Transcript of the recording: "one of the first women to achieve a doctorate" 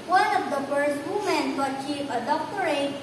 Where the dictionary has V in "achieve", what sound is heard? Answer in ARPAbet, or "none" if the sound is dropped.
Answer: F